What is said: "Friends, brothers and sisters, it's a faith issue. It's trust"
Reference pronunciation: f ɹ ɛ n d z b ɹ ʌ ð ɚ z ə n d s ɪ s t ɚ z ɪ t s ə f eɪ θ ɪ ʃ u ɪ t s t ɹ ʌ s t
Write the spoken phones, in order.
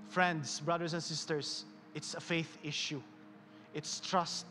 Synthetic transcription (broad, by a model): f ɹ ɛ n d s b ɹ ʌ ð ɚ s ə n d s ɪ s t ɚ s ɪ t s ə f eɪ θ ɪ ʃ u ɪ t s t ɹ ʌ s t